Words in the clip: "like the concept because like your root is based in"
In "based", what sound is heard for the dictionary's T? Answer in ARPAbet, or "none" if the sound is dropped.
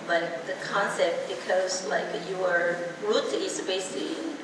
none